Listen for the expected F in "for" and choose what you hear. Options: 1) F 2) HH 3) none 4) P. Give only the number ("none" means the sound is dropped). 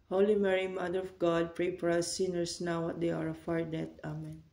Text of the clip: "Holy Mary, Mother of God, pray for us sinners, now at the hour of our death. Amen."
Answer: 4